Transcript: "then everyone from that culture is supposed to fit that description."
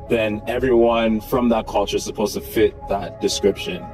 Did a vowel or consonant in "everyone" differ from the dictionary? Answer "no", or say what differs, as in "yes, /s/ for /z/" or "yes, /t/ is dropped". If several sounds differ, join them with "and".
no